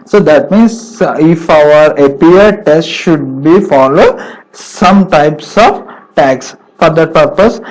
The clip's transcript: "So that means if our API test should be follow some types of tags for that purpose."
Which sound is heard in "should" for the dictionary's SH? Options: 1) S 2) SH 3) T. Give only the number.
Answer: 2